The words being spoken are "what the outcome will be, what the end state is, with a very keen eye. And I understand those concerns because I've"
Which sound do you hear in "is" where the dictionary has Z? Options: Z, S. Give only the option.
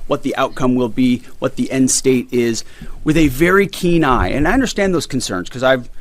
Z